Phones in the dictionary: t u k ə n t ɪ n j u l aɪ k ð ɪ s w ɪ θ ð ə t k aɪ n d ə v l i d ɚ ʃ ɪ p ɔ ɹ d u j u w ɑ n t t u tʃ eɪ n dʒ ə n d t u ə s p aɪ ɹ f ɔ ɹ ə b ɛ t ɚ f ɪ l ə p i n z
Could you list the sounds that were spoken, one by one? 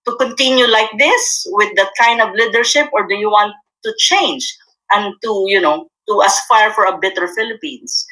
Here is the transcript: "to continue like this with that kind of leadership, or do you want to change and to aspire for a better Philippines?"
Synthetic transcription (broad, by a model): t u k ə n t ɪ n j u l aɪ k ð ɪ s w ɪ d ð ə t k aɪ n d ə v l i d ɚ ʃ ɪ p ɔ ɹ d u j u w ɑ n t t u tʃ eɪ n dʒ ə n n t u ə s f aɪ ɹ f ɔ ɹ ə b ɛ t ɚ f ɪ l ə p i n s